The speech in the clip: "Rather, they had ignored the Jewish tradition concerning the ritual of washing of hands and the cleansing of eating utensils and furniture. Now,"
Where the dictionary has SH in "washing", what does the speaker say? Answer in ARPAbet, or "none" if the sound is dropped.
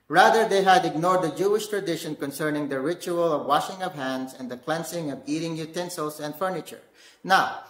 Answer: SH